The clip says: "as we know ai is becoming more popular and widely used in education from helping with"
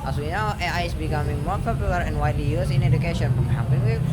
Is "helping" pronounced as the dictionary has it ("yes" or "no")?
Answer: no